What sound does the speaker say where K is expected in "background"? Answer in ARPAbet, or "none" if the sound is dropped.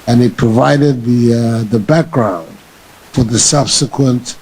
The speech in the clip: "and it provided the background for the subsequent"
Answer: K